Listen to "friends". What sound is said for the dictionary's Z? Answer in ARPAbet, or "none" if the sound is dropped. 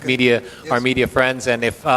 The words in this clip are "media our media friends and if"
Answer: Z